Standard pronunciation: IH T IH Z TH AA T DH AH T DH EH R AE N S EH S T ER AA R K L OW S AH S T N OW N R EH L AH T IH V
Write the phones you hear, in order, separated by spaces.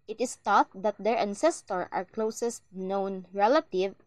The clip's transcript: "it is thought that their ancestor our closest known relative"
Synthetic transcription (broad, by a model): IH T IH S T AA T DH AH T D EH R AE N S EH S T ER AA R K L OW S AH S T N OW N R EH L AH T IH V